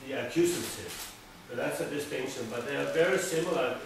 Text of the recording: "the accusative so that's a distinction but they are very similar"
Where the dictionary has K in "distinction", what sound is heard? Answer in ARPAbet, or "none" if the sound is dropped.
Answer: none